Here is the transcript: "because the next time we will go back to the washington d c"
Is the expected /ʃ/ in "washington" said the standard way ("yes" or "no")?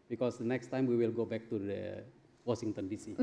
no